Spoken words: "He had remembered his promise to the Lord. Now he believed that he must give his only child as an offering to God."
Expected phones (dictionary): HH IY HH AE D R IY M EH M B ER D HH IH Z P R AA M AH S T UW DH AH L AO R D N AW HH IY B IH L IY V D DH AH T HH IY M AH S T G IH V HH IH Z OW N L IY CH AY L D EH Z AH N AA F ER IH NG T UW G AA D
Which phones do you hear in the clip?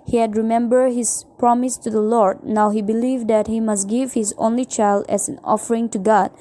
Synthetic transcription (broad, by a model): HH IY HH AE D R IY M EH M B ER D HH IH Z P R AA M AH S T UW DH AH L AO R D N AW HH IY B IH L IY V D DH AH T HH IY M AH S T G IH V HH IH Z OW N L IY CH AY L D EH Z AH N AA F ER IH NG T UW G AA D